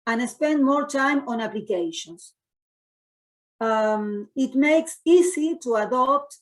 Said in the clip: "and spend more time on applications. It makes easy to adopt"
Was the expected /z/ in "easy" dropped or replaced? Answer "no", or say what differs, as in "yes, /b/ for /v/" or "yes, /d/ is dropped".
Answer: yes, /s/ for /z/